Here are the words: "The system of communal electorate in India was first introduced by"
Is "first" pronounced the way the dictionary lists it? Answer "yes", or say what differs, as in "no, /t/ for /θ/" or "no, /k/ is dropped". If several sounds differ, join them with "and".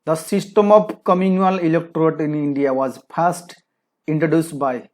no, /p/ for /f/